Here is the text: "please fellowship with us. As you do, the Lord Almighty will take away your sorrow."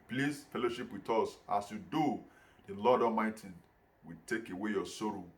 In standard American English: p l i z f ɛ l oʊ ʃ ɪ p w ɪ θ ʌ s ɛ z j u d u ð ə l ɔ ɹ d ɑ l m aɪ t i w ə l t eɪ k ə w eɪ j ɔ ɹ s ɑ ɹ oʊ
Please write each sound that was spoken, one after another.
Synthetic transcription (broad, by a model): p l i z f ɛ l oʊ ʃ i p w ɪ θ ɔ s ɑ s j u d u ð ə l ɔ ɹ d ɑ m aɪ t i w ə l t eɪ k ə w eɪ j ɔ s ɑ ɹ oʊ